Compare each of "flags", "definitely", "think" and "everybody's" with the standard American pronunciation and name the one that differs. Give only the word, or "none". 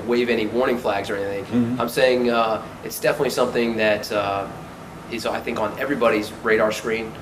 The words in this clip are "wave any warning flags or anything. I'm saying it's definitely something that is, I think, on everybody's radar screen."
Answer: none